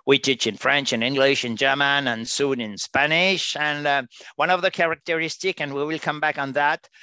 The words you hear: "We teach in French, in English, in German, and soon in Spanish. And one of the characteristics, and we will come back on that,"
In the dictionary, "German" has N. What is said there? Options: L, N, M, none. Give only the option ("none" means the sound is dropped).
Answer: N